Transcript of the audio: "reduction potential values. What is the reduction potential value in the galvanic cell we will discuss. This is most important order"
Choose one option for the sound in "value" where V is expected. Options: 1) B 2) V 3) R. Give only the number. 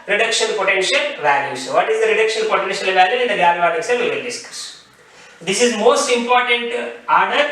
2